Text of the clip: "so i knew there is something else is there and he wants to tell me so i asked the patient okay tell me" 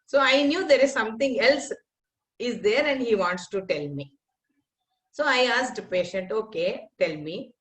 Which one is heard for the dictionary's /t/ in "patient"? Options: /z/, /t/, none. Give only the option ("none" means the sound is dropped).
/t/